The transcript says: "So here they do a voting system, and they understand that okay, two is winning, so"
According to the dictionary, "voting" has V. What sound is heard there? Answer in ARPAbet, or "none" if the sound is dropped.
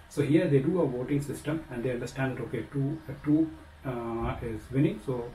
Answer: V